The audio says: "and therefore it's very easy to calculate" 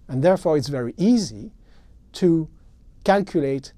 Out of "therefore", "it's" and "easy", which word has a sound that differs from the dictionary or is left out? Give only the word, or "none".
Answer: none